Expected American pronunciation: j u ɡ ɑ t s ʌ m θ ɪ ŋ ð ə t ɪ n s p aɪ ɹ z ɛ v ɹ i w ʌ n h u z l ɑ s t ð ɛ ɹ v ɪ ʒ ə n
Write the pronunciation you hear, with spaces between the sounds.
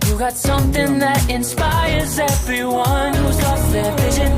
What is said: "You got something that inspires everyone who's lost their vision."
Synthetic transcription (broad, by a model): j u ɡ ɑ t s ʌ m θ ɪ ŋ ð ə t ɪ n s p aɪ ɹ z ɛ v ɹ i w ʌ n h u z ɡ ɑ t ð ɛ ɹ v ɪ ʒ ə n